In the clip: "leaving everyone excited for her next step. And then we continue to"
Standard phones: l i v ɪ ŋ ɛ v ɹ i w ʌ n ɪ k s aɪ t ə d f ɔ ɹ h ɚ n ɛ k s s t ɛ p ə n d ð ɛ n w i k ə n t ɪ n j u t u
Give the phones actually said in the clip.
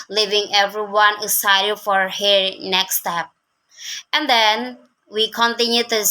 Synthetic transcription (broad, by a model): l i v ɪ ŋ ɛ v ɹ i w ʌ n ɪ s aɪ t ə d f ɔ ɹ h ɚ n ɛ k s s t ɛ p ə n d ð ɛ n w i k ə n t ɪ n j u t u